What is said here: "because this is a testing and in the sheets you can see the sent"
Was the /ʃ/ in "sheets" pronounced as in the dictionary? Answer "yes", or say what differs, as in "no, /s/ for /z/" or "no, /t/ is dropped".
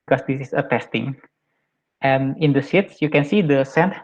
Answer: no, /s/ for /ʃ/